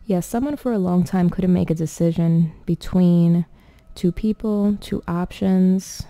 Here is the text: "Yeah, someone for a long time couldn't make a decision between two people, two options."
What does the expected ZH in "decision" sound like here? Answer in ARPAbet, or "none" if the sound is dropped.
ZH